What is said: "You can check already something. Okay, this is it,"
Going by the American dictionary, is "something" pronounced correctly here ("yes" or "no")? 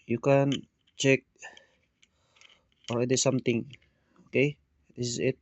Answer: no